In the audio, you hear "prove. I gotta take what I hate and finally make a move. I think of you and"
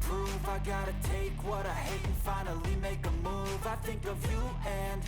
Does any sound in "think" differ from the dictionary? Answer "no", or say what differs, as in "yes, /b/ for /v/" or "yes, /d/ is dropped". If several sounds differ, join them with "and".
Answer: no